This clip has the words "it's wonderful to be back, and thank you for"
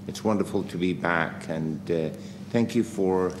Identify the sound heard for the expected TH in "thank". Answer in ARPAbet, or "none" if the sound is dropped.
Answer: TH